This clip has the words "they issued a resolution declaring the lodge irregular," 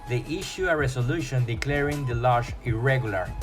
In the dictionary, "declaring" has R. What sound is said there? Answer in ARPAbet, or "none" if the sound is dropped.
R